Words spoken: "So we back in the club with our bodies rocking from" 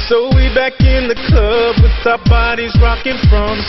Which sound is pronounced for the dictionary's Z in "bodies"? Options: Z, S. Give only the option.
Z